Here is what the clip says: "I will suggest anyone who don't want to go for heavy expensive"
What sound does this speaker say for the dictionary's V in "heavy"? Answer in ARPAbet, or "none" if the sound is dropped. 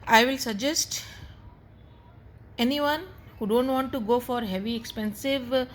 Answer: V